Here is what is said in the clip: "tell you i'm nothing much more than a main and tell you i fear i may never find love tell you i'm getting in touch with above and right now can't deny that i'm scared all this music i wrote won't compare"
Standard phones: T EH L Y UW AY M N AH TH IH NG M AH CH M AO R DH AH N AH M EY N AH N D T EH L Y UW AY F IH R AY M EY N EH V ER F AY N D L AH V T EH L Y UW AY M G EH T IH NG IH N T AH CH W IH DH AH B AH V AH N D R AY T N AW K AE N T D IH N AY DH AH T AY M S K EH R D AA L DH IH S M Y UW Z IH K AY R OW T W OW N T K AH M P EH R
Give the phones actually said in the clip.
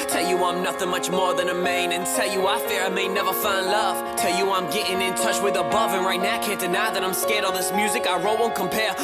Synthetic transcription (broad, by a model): T EH L Y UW AY M N AH TH IH NG M AH CH M AO R DH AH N AH M EY N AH N T EH L Y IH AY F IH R AY M EY N EH V ER F AY N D L AH V T EH L Y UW AY M G EH T IH NG IH N T AH CH W IH DH AH B AH V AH N R AY T N AW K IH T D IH N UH DH AH T AY M S K EH R D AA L DH IH S M Y UW Z IH K AY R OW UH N K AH M P EH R